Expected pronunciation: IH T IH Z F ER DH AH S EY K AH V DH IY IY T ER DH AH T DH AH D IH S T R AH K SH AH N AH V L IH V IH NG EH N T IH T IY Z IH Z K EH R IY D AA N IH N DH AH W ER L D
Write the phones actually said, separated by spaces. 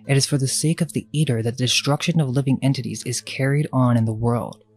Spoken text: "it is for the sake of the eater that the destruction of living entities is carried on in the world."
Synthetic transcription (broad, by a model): IH T IH Z F ER DH AH S EY K AH V DH IY IY T ER DH AH T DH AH D IH S T R AH K SH AH N AH V L IH V IH NG EH N T IH T IY Z IH Z K EH R IY D N IH N DH AH W ER L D